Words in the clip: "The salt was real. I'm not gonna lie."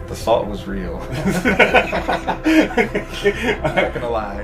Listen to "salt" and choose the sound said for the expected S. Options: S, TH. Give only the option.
TH